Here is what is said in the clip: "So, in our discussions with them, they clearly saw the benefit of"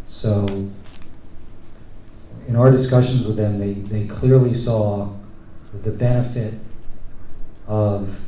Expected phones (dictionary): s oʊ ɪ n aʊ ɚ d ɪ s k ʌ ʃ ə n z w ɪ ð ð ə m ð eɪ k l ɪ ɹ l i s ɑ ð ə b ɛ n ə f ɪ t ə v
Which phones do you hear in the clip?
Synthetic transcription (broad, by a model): s oʊ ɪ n aʊ ɚ d ɪ s k ʌ ʃ ə n z w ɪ ð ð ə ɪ ð eɪ k l ɪ ɹ l i s ɑ ð ə b ɛ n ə f ɪ t ə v